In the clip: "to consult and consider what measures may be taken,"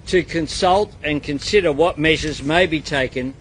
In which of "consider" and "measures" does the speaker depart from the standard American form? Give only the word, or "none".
none